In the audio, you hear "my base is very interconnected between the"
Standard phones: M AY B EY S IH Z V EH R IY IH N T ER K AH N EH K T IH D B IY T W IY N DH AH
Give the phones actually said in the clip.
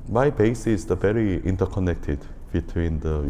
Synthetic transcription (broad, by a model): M AY B EY S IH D V EH R IY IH N T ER K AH N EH K T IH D B IY T W IY N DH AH